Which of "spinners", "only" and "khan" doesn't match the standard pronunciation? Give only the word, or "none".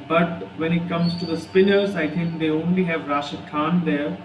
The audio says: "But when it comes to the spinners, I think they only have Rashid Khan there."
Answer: spinners